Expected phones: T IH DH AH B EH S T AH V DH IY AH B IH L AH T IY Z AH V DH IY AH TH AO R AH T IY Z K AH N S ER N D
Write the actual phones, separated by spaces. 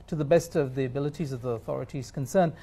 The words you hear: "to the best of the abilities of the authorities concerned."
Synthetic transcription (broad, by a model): T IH DH AH B EH S T AH V DH IY AH B IH L AH T IY Z AH V DH IY AH TH AO R AH T IY Z K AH N S ER N